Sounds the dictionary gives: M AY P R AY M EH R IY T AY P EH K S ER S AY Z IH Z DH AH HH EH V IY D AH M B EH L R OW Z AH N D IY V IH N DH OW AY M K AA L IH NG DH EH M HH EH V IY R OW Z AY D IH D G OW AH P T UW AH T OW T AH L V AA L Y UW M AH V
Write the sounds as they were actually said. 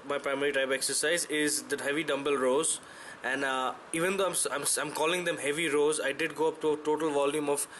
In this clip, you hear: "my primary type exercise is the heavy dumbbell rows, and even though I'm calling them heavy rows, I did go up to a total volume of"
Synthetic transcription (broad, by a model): M AY P R AY M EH R IY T AY B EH K S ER S AY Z IH Z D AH HH EH V IY D AH M B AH L R OW Z AH N D IY V IH N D OW AY M K AA L IH NG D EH M HH EH V IY R OW Z AY D IH D G OW AH P T UW AH T OW T AH L V AA L Y UW M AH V